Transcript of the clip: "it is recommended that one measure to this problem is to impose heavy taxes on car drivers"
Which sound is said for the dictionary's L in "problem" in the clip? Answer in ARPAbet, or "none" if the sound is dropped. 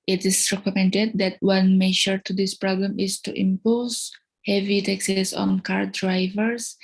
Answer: L